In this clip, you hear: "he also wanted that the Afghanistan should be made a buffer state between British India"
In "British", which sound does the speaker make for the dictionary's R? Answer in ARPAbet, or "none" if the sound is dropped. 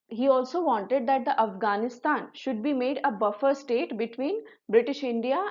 R